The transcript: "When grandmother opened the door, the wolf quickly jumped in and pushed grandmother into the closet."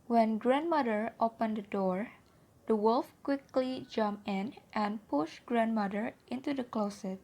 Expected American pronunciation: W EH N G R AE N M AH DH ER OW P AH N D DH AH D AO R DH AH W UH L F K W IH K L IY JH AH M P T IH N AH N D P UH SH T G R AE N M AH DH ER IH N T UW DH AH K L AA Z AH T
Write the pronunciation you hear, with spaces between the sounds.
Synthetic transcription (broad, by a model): W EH N G R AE N M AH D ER OW P AH N D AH D AO R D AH W UH L F K W IH K L IY JH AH M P IH N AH N P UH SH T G R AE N M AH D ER IH N T UW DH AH K L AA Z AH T